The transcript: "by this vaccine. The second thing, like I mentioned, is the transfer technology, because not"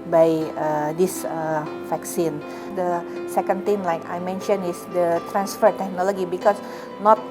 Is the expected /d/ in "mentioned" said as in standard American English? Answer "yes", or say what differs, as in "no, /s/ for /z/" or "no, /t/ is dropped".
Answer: no, /d/ is dropped